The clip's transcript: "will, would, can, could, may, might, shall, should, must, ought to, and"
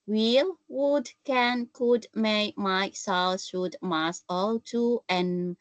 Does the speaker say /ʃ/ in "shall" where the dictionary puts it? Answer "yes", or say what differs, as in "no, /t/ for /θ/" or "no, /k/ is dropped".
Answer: no, /s/ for /ʃ/